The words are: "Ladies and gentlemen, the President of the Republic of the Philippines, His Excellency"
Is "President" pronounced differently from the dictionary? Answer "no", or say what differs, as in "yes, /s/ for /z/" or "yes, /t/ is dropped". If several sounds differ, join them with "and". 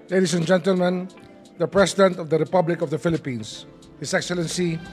yes, /s/ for /z/